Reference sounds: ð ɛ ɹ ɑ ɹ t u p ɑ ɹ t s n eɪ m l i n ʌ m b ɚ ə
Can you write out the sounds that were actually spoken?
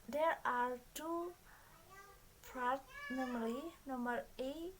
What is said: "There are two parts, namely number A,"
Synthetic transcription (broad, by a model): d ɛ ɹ ɑ ɹ t u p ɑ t n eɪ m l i n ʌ m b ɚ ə